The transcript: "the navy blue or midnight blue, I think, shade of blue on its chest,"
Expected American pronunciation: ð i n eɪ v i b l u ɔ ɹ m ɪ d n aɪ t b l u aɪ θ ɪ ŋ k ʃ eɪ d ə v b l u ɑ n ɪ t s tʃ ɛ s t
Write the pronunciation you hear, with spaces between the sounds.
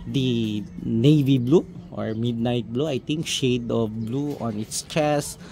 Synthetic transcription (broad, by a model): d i n eɪ v i b l u ɔ ɹ m ɪ d n aɪ t b l u aɪ t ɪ ŋ k ʃ eɪ d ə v b l u ɑ n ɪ t s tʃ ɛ s